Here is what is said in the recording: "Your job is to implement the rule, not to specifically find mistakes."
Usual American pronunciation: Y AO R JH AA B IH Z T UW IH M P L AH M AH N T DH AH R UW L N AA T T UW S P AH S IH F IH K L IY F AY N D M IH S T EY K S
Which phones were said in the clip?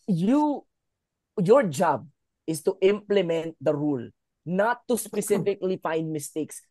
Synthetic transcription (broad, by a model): Y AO R JH AA B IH S T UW IH M P L AH M AH N T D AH R UW L N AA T T UW S P AH S IH F IH K L IY F AY N D M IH S T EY K S